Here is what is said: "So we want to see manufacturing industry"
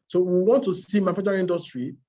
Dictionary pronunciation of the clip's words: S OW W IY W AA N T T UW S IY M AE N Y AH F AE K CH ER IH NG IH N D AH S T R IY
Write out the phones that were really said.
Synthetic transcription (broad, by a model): S OW W IY W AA N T T UW S IY M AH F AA CH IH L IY N D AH S T R IY